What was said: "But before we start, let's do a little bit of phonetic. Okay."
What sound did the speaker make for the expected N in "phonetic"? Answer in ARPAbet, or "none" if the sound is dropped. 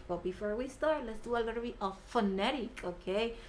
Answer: N